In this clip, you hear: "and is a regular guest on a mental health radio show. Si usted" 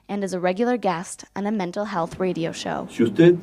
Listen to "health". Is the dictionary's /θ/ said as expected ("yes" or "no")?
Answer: yes